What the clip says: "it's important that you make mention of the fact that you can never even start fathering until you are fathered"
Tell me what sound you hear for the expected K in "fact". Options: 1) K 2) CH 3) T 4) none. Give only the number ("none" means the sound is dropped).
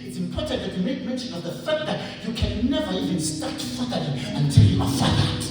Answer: 1